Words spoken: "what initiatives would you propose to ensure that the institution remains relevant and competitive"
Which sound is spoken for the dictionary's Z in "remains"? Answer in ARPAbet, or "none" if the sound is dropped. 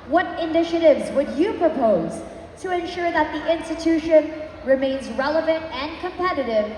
Z